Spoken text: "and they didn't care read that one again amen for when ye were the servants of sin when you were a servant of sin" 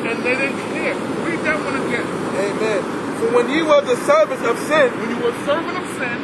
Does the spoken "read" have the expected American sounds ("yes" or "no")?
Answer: no